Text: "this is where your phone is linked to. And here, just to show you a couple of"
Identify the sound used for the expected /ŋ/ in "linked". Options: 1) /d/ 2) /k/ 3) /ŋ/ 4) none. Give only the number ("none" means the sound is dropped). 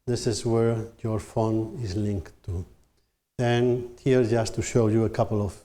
3